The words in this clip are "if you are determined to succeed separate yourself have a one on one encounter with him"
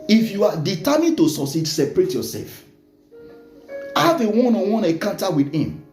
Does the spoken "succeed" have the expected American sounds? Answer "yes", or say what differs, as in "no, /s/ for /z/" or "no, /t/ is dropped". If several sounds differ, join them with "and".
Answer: no, /k/ is dropped